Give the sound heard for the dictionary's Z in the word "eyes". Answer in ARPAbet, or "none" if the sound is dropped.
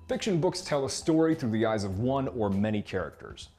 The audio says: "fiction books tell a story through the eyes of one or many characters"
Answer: Z